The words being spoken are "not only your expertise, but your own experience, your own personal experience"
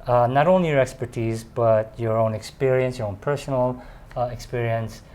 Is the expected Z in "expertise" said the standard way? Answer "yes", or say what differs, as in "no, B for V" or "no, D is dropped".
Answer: yes